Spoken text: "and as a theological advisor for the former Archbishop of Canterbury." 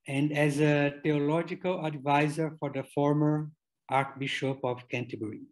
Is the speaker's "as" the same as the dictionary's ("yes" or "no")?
yes